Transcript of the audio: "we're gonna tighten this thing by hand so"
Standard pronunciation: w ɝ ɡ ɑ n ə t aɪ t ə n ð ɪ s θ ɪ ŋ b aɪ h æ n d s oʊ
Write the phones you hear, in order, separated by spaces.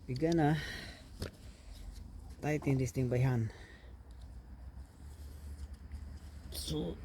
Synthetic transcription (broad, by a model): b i ɡ ɑ n ə t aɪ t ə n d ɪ s t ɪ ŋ b aɪ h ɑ n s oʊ